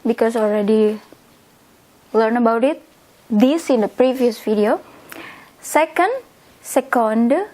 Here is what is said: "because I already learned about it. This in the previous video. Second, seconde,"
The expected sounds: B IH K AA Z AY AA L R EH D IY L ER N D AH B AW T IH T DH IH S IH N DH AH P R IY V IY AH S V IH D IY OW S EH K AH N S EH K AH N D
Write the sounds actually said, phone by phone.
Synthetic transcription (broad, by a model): B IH K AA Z AA L R EH D IY L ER N AH B AW T IH T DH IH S IH N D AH P R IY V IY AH S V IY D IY OW S EH K AH N S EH K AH N D